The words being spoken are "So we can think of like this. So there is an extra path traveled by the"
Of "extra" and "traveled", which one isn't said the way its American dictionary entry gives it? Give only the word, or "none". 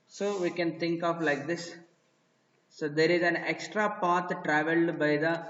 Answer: none